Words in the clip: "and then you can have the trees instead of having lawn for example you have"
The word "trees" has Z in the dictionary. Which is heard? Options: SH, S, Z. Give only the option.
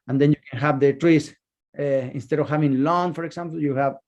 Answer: S